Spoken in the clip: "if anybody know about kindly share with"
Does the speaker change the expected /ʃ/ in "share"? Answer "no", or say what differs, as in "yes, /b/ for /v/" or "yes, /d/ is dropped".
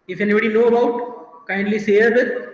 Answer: yes, /s/ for /ʃ/